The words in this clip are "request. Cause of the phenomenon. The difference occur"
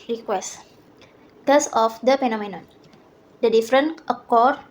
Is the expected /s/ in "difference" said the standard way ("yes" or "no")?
no